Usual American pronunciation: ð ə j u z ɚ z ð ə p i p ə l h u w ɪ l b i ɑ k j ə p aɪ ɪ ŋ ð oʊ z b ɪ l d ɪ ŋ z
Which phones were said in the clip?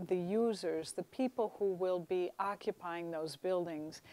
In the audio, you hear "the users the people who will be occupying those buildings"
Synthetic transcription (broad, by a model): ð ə j u z ɚ z ð ə p i p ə l h u w ɪ l b i ɑ k j ə p aɪ ɪ ŋ ð oʊ z b ɪ l d ɪ ŋ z